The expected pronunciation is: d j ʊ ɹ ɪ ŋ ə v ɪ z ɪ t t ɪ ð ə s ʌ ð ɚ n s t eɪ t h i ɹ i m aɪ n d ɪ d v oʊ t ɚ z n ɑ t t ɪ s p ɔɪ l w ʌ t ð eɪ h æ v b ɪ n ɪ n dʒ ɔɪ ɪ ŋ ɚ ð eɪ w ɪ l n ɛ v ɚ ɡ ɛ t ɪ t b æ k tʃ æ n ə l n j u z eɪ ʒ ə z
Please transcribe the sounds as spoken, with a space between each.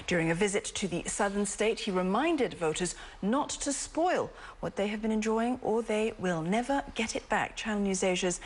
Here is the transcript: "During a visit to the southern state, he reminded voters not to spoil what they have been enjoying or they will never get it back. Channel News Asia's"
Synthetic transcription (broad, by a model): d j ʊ ɹ ɪ ŋ ə v ɪ z ɪ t t ɪ ð ə s ʌ ð ɚ n s t eɪ t h i ɹ i m aɪ n d ɪ d v oʊ t ɚ z n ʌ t t ɪ s p ɔɪ l w ʌ t ð eɪ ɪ v b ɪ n ɪ n dʒ ɔɪ ɪ ŋ ɚ ð eɪ w ɪ l n ɛ v ɚ ɡ ɛ t ɪ t b æ k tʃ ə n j u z eɪ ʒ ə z